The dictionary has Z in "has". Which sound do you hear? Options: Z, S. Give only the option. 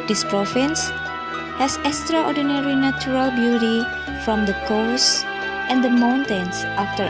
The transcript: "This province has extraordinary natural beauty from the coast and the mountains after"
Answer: S